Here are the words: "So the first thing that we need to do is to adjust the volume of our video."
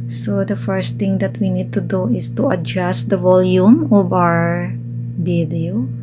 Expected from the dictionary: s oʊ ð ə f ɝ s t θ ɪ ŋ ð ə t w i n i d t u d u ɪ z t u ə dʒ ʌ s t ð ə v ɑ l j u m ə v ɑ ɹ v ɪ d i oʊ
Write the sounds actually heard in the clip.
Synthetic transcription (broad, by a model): s oʊ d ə f ɝ s t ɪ ŋ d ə t w i n i d t u d u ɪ s t u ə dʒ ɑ s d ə v ɑ l j u m ə v ɑ ɹ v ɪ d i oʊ